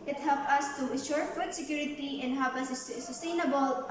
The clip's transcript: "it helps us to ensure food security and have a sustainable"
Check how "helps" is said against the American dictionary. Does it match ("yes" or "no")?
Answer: no